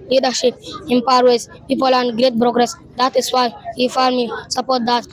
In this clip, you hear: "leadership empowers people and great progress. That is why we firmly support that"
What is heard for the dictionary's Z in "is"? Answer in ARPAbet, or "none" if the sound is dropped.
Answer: S